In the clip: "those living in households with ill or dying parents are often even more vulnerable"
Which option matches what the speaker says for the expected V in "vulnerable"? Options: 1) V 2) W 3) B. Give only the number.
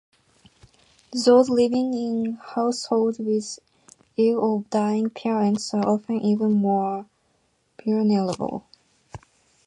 3